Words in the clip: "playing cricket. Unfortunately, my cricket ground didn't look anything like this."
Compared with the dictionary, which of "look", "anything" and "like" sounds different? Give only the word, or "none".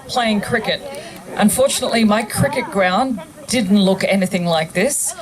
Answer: none